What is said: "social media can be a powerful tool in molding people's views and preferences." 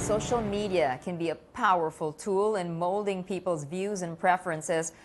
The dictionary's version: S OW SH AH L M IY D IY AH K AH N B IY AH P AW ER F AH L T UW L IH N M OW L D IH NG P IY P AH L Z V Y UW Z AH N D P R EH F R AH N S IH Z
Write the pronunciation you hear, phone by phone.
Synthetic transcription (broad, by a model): S OW SH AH L M IY D IY AH K AH N B IY AH P AW ER F AH L T UW L IH N M OW L D IH NG P IY P L Z V Y UW Z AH N P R EH F R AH N S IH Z